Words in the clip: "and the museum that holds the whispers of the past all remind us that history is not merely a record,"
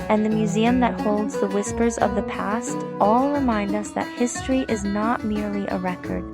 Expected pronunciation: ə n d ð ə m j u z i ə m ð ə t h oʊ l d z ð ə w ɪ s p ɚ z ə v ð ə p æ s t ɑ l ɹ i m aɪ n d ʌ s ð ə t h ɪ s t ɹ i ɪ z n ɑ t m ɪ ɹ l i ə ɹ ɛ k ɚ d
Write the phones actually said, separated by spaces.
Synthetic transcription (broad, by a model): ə n ð ə m j u z i ə m ð ə t h oʊ l d z ð ə w ɪ s p ɚ z ə v ð ə p æ s t ɑ l ɹ i m aɪ n d ʌ s ð ə t h ɪ s t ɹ i ɪ z n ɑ t m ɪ ɹ l i ə ɹ ɛ k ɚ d